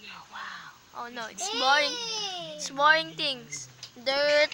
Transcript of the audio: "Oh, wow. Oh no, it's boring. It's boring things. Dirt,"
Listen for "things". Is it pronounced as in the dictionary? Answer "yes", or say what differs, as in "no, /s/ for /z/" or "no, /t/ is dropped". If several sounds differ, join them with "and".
no, /t/ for /θ/ and /s/ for /z/